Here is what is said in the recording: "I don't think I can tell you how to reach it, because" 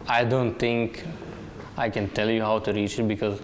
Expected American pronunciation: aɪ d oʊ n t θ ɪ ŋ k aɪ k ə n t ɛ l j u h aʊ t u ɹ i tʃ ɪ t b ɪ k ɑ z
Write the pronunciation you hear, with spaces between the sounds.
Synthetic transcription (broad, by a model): aɪ d oʊ n t t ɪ ŋ k aɪ k ə n t ɛ l j u h aʊ t u ɹ i tʃ ɪ t b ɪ k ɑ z